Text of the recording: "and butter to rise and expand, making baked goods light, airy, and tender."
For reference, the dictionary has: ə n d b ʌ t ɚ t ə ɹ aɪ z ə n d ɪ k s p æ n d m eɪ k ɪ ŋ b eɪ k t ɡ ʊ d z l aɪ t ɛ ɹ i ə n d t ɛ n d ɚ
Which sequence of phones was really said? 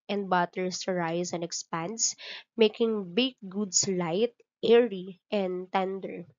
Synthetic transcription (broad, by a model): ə n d b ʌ t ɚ s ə ɹ aɪ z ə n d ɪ k s p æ n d m eɪ k ɪ ŋ b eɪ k ɡ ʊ d s l aɪ t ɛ ɹ i ə n d t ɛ n d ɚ